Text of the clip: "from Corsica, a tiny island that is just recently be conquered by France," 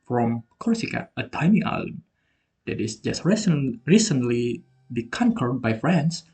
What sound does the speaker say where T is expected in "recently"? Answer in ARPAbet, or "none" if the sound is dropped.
S